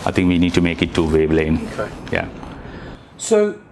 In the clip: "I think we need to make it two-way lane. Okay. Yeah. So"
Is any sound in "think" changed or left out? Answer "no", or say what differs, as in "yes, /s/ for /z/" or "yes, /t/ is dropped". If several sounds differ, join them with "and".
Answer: yes, /t/ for /θ/